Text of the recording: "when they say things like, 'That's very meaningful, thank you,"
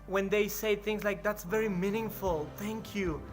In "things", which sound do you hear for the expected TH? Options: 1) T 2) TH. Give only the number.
2